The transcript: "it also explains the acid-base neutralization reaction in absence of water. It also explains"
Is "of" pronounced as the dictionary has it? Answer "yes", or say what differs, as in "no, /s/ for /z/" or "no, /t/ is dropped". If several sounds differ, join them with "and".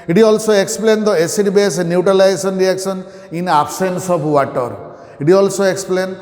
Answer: no, /p/ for /v/